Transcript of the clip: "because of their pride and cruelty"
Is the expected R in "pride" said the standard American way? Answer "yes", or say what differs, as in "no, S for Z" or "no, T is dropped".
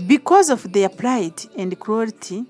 no, L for R